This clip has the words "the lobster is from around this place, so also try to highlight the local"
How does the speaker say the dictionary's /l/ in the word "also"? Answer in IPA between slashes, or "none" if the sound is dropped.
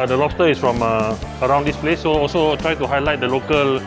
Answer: /l/